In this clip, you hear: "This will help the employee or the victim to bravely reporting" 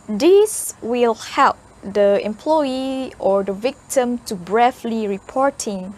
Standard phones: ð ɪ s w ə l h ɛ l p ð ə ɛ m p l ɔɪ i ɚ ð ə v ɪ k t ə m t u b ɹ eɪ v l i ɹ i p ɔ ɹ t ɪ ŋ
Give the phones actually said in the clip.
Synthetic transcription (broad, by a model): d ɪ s w ə l h ɛ l p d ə ɛ m p l ɔɪ i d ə v ɪ k t ə m t u b ɹ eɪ f l i ɹ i p ɔ ɹ t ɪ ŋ